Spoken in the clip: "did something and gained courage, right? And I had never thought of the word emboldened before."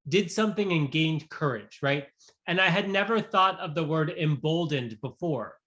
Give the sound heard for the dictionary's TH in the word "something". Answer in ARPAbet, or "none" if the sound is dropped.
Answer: TH